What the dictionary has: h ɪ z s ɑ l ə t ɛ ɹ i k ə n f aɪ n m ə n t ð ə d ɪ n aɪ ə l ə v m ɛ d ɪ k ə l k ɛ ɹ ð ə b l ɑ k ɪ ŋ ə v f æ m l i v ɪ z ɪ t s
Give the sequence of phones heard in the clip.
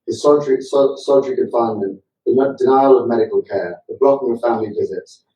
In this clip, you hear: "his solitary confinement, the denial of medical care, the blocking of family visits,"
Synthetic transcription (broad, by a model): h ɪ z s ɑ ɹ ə s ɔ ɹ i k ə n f aɪ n ə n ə d ɪ n aɪ ə l ə v m ɛ d ɪ k ə l k ɛ ð ə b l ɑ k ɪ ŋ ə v f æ m l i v ɪ z ɪ t s